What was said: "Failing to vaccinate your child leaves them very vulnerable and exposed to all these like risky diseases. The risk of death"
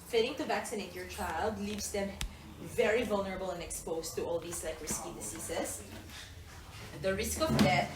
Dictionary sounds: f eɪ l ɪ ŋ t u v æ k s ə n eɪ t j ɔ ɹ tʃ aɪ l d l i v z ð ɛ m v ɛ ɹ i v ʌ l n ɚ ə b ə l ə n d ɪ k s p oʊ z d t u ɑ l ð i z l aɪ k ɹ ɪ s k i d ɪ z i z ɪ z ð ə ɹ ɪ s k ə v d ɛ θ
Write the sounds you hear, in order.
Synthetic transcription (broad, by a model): f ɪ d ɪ ŋ t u v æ k s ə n eɪ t j ɔ ɹ tʃ aɪ l d l i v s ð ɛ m v ɛ ɹ i v ʌ l n ɚ ə b ə l ə n d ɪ k s p oʊ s t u ɑ l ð i s l aɪ k ɹ ɪ s k i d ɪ s i s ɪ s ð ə ɹ ɪ s k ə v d ɛ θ